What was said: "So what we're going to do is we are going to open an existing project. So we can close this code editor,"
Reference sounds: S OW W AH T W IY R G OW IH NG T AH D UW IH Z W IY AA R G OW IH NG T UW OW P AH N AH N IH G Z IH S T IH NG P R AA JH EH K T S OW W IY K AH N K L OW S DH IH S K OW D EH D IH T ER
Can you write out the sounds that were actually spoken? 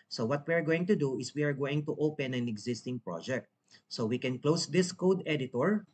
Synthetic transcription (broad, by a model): S OW W AH T W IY R G OW IH NG T AH D UW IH S W IY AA R G OW IH NG T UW OW P AH N AH N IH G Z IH S T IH NG P R AA JH EH K T S OW W IY K AH N K L OW S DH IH S K OW D EH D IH T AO